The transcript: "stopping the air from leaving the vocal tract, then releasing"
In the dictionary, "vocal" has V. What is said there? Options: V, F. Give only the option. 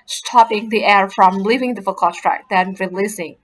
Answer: F